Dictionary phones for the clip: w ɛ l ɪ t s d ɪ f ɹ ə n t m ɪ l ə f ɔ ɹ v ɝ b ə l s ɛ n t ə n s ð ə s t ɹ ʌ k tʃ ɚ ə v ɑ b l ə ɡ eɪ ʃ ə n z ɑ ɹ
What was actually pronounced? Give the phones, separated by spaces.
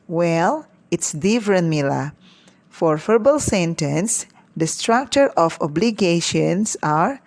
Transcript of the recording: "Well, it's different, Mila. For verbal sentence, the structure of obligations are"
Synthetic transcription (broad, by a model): w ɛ l ɪ t s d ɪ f ɹ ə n m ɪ l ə f ɔ ɹ f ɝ b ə l s ɛ n t ə n s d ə s t ɹ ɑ k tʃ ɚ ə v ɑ b l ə ɡ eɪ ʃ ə n s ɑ ɹ